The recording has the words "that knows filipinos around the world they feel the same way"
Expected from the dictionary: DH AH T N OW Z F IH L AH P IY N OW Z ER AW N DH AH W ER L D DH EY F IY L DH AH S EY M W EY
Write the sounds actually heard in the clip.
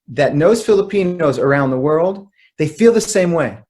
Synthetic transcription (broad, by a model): DH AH T N OW Z F IH L AH P IY N OW Z ER AW N DH AH W ER L D DH EY F IY L DH AH S EY M W EY